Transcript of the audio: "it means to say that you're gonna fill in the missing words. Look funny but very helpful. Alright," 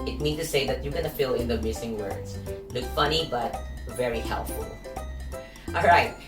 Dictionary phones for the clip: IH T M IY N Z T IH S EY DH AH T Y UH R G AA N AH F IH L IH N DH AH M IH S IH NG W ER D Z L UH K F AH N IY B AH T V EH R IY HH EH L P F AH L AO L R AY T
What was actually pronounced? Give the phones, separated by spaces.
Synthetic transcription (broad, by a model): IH T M IY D T IH S EY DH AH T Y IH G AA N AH F IH L IH N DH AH M IH S IH NG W ER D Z L UH K F AH N IY B AH T V EH R IY HH EH L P F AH L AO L R AY T